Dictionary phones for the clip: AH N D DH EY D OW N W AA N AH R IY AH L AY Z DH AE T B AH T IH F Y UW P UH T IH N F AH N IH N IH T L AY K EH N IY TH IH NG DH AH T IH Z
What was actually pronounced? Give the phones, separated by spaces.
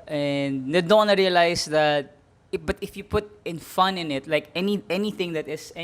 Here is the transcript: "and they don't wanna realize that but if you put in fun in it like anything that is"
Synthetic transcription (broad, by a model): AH N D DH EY D OW N W AA N AH R IY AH L AY S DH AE T B AH T IH F Y UW P UH T IH N F AH N IH N IH T L AY K EH N IY TH IH NG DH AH T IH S